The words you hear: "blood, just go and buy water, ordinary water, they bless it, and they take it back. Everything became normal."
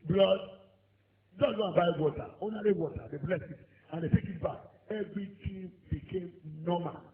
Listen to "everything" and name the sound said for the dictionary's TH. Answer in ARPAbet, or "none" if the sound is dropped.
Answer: T